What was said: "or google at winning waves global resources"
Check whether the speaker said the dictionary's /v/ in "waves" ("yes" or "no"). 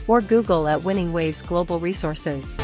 yes